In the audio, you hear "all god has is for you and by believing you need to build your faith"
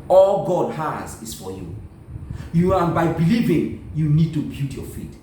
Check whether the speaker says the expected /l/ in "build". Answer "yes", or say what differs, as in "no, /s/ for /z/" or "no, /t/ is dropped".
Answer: no, /l/ is dropped